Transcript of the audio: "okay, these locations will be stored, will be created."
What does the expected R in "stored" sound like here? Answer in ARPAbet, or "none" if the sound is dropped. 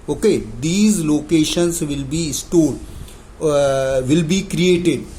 L